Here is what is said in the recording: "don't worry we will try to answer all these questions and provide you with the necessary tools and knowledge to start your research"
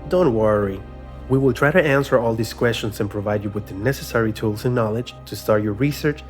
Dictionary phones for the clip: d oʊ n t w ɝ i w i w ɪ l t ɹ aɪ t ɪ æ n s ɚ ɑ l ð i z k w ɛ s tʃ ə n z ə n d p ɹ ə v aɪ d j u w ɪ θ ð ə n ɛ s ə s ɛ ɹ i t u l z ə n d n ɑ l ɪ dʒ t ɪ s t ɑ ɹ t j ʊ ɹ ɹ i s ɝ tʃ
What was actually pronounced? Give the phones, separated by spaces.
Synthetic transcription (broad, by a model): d oʊ n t w ɝ i w i w ɪ l t ɹ aɪ t ɪ æ n s ɚ ɑ l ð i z k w ɛ s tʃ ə n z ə n p ɹ ə v aɪ d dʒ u w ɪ ð ə n ɛ s ə s ɛ ɹ i t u l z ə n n ɑ l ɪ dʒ t ɪ s t ɑ ɹ t j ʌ ɹ ɹ i s ɝ tʃ